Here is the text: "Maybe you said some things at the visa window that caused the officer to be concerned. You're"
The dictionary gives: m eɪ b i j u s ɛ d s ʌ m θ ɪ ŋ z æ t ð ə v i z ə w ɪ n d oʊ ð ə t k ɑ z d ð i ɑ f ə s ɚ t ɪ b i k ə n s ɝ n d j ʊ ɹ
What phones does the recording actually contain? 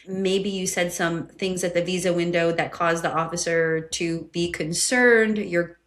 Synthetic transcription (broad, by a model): m eɪ b i j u s ɛ d s ʌ m θ ɪ ŋ z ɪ t ð ə v i z ə w ɪ n d oʊ ð ə t k ɑ z ð i ɑ f ə s ɚ t ɪ b i k ə n s ɝ n d j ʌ ɹ